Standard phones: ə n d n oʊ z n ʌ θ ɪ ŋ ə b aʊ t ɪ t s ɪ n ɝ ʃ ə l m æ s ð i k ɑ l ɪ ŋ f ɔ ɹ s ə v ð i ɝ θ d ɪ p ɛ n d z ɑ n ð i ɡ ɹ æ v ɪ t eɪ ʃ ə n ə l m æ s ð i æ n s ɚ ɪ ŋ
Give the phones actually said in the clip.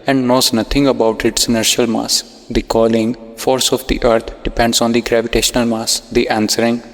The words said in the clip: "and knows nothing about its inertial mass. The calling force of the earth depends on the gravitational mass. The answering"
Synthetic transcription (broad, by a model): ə n d n oʊ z n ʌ t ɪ ŋ ə b aʊ t ɪ t s ɪ n ɝ ʃ ə l m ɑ s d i k ɑ l ɪ ŋ f ɔ ɹ s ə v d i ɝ t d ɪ p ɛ n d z ɑ n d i ɡ ɹ æ v ɪ t eɪ ʃ ə n ə l m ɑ s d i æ n s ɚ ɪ ŋ